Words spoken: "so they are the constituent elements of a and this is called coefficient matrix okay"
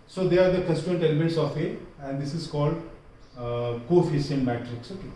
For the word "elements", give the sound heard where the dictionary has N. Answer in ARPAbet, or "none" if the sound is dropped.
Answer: none